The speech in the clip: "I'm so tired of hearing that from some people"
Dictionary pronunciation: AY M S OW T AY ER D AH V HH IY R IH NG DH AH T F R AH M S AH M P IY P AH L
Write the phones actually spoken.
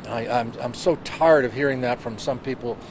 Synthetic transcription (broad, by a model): AY M S OW T AY ER D AH V HH IY R IH NG DH AH T F R AH M S AH M P IY P L